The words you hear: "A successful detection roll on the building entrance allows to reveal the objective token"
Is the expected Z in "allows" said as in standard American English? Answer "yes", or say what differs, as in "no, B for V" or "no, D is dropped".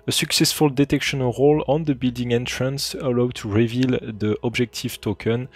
no, Z is dropped